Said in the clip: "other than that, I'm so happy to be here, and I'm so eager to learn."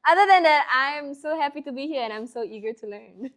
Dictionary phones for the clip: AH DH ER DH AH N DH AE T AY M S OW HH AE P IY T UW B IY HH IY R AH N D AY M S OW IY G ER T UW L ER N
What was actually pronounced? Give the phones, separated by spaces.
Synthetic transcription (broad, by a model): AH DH ER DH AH N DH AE T AY M S OW HH AE P IY T UW B IY HH IY R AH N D AY M S OW IY G ER T UW L ER N